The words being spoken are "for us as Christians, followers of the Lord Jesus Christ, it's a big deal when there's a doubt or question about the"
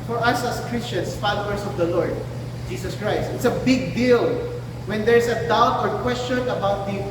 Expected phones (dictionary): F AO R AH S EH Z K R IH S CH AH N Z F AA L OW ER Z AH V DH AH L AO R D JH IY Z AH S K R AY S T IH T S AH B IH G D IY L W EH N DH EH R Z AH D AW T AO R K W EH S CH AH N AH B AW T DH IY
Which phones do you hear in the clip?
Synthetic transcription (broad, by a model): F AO R AH S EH S K R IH S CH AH N S F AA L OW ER S AH V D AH L AO R D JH IY S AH S K R AY S T IH T S AH B IH G D IY L W EH N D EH R S AH D AW T AO R K W EH S CH AH N AH B AW T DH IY